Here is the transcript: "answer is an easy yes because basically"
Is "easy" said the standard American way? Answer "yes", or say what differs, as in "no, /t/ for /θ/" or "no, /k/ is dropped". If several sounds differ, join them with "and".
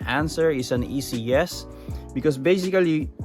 no, /s/ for /z/